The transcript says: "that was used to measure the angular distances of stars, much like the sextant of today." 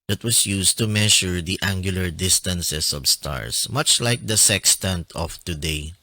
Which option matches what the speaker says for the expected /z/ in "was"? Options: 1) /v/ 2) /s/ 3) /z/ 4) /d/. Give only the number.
2